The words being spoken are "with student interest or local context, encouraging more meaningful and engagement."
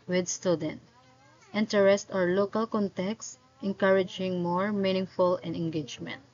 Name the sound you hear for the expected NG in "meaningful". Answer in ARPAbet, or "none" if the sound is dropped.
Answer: NG